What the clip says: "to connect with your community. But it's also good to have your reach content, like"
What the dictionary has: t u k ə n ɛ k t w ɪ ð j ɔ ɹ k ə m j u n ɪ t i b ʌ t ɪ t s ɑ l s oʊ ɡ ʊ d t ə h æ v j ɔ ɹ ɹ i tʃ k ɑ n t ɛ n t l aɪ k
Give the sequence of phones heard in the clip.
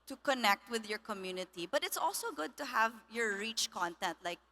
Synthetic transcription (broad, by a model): t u k ə n ɛ k t w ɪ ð j ɔ ɹ k ə m j u n ɪ t i b ʌ t ɪ t s ɑ l s oʊ ɡ ʊ d t ə h æ v j ɔ ɹ ɹ i tʃ k ɑ n t ɛ n t l aɪ k